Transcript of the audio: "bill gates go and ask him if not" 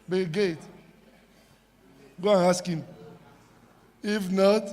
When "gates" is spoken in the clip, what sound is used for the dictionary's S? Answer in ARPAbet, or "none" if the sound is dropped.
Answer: none